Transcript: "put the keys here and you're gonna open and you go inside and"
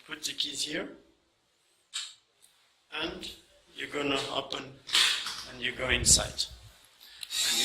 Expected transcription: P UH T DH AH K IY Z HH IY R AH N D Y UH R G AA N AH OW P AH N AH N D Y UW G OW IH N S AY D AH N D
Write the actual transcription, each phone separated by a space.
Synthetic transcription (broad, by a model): P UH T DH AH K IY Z HH IY R AH N D Y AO G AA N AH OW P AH N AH N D Y UW G OW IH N S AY AH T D